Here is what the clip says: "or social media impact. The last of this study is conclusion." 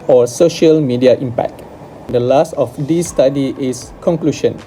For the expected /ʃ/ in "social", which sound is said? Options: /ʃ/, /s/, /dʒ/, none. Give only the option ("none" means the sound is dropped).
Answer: /ʃ/